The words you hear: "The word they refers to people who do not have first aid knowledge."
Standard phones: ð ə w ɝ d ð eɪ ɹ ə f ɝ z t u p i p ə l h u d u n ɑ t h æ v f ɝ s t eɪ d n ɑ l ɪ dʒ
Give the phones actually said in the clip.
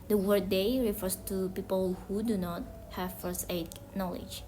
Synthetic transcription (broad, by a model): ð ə w ɝ d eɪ ɹ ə f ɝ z t u p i p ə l h u d u n ɑ t h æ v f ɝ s eɪ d n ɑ l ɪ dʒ